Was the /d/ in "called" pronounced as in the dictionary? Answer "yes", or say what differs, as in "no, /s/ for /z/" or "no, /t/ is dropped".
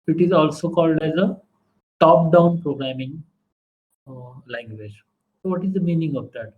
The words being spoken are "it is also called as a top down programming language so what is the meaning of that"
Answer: yes